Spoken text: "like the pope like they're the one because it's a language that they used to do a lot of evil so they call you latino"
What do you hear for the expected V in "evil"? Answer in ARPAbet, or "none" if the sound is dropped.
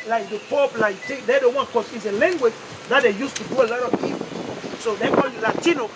P